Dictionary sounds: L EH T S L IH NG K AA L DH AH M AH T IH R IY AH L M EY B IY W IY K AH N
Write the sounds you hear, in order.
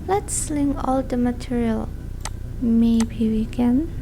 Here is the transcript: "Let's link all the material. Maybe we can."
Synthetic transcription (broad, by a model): L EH T S L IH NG AA L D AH M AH T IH R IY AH L M EY B IY W IY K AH N